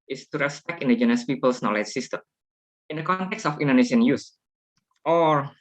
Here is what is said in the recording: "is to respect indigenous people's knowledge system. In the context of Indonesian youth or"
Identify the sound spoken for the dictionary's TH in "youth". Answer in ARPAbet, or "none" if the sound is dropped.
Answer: S